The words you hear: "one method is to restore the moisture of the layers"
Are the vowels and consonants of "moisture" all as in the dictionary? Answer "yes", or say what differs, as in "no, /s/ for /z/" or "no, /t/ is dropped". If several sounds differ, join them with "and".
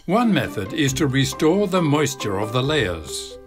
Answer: yes